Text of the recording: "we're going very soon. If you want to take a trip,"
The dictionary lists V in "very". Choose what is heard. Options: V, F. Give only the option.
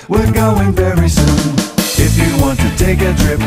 V